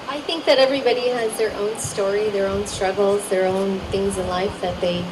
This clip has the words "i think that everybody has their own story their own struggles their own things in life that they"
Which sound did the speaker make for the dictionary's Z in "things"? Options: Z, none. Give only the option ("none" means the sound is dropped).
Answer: Z